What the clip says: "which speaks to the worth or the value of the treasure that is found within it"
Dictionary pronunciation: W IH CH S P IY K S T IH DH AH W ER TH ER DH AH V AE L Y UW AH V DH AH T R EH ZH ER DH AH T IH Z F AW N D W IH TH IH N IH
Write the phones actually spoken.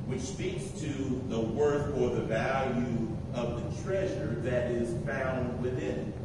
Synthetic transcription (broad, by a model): W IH CH S P IY K S T IH DH AH W ER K ER DH AH V AE L Y UW AH V DH AH T R EH ZH ER DH AH T IH Z F AW N D W IH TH IH N